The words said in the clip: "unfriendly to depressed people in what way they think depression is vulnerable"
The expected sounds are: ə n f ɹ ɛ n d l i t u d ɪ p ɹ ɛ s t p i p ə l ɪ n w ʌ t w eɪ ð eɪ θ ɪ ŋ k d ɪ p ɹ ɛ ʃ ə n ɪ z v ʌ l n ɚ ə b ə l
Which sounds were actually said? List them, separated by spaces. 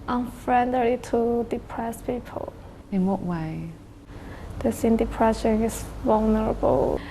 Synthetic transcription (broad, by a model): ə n f ɹ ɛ n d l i t u d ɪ p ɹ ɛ s p i p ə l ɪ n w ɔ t w eɪ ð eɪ s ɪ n d ɪ p ɹ ɛ ʃ ə n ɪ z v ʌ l n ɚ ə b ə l